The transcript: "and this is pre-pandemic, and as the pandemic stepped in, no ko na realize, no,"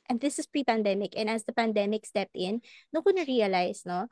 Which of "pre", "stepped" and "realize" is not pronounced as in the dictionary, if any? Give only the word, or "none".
realize